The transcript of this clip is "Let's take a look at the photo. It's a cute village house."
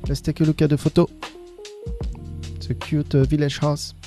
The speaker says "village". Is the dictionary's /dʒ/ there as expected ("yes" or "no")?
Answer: no